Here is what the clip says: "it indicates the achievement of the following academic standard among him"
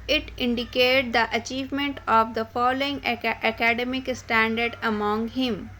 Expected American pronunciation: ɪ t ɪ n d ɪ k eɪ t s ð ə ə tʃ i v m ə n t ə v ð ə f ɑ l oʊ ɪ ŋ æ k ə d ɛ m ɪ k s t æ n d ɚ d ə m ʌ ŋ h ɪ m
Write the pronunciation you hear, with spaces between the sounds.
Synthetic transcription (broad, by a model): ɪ t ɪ n d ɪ k eɪ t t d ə ə tʃ i v m ə n t ə v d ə f ɑ l oʊ ɪ ŋ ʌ k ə d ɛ m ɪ k s t æ n d ɚ d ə m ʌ ŋ h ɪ m